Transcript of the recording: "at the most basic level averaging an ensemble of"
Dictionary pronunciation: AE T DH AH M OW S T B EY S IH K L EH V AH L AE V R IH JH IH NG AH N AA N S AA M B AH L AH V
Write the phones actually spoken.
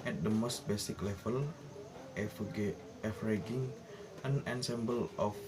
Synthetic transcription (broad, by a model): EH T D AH M OW S T B EY S IH K L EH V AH L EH F R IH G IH NG AH N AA N S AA M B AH L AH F